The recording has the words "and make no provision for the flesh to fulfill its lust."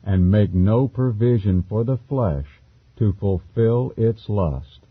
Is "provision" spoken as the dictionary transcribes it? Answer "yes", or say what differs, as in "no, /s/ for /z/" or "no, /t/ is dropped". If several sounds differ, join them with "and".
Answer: yes